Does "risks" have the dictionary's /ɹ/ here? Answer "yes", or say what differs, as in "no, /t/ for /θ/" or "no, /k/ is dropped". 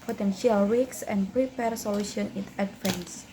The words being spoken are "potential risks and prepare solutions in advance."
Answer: no, /w/ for /ɹ/